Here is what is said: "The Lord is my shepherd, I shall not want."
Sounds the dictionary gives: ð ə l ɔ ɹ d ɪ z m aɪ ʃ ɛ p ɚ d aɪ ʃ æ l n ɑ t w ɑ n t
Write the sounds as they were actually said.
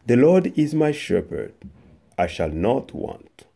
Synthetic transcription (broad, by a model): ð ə l ɔ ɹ d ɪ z m aɪ ʃ ɛ p ɚ d aɪ ʃ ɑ l n ɑ t w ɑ n t